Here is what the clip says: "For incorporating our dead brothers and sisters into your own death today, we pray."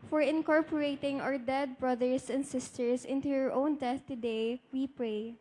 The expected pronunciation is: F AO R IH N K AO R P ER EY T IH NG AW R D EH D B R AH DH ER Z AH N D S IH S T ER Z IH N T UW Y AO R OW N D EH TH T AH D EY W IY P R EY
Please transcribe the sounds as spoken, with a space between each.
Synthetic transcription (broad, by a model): F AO R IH N K AO R P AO EY T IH NG AW R D EH D B R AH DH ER S AH N D S IH S T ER S IH N T UW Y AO R OW N D EH TH T AH D EY W IY P R EY